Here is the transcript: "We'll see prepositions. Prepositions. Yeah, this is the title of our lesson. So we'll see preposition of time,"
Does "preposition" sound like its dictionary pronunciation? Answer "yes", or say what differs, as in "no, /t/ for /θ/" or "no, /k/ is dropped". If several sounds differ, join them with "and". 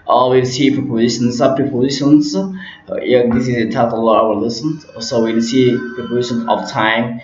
no, /ɹ/ is dropped